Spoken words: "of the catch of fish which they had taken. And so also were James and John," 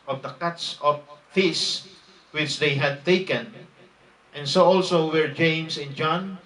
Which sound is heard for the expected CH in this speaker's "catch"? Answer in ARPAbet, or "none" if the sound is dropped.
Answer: S